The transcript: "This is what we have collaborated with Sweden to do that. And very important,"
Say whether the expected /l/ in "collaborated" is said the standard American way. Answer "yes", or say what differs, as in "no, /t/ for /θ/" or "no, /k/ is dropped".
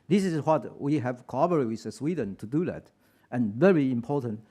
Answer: no, /l/ is dropped